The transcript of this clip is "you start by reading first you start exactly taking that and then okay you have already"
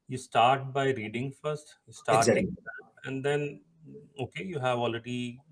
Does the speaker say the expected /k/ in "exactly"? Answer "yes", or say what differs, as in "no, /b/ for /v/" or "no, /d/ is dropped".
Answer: no, /k/ is dropped